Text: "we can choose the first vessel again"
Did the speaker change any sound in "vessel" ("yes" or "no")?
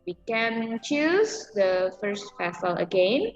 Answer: yes